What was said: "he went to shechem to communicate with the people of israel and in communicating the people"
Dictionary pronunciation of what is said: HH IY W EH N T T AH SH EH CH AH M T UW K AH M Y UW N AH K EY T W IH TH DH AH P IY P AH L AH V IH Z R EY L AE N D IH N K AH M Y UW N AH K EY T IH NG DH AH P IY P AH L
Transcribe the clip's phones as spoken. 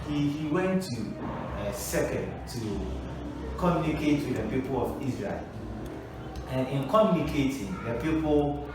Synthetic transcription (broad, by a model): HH IY W EH N T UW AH S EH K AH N T UW K AH M Y UW N AH K EY T W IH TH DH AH P IY P AH L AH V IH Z R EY L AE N IH N K AH M Y UW N AH K EY T IH NG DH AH P IY P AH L